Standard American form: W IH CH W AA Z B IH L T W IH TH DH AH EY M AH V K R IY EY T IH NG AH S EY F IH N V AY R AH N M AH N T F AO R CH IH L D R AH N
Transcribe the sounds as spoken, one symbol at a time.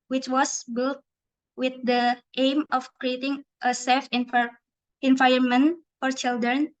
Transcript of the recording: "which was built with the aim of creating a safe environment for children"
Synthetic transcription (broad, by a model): W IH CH W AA S B IH L T W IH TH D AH EY M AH F K R IY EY T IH NG AH S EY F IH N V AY AH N M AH N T F AO R CH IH L D R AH N